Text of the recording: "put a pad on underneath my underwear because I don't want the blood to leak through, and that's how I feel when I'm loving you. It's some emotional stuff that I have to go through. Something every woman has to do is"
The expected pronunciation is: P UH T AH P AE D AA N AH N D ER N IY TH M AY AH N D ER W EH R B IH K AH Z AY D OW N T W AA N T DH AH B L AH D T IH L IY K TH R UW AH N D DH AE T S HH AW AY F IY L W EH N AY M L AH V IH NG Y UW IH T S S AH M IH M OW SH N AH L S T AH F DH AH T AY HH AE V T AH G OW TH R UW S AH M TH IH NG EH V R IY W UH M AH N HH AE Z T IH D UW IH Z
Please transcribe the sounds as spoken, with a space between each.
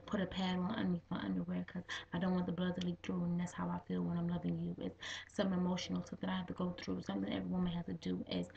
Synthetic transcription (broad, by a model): P UH T AH P AE D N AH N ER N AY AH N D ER W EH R K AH Z AY D OW N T W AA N DH AH B L AH D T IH L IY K TH R UW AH N DH AE T S HH AW AY F IY L W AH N AY M L AH V IH NG Y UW IH T S S AH M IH M OW SH N L S AH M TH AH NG AY HH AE F T AH G OW TH R UW S AH M TH IH NG EH V R IY W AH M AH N HH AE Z T IH D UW IH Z